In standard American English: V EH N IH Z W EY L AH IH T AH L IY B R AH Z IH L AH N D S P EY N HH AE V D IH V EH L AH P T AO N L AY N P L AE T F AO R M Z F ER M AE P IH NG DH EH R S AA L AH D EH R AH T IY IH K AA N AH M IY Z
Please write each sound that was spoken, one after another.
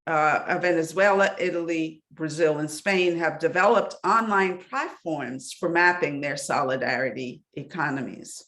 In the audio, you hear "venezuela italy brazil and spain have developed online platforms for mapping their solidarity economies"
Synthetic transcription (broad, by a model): V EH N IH Z W EY L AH IH T L IY B R AH Z IH L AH N S P EY N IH V D IH V EH L AH P T AO N L AY N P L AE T F AO R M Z F ER M AE P IH NG DH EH R S AA L AH D EH R AH T IY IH K AA N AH M IY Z